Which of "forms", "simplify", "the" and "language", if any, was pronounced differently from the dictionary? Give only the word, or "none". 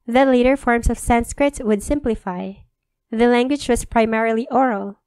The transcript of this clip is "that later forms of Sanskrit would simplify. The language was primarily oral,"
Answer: forms